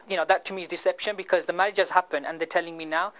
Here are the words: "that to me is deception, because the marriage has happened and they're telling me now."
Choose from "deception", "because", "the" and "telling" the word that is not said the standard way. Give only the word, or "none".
none